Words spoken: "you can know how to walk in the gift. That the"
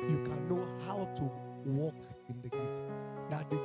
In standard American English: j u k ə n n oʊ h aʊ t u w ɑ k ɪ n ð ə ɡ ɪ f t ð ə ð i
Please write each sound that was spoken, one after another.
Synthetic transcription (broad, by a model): j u k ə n n oʊ h aʊ t u w ɑ k ɪ n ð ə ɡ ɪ t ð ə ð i